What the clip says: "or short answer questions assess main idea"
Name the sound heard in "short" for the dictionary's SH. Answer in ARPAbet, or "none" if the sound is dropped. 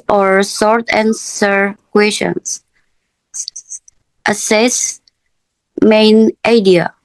S